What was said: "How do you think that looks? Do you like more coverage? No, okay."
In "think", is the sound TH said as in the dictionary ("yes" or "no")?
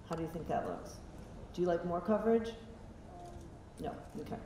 yes